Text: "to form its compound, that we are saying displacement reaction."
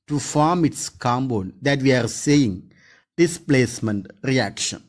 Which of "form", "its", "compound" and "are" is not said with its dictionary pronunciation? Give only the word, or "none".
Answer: compound